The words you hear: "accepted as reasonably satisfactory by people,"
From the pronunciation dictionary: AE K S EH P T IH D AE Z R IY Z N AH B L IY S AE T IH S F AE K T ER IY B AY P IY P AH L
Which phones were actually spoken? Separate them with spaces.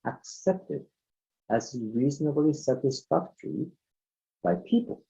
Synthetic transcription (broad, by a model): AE K S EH P T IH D AE Z R IY Z N AH B L IY S AE T IH S F AE K T ER IY B AY P IY P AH L